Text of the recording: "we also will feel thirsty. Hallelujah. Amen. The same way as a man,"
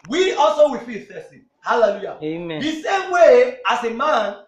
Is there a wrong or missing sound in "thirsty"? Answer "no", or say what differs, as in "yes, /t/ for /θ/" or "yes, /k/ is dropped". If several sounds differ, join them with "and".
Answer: yes, /f/ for /θ/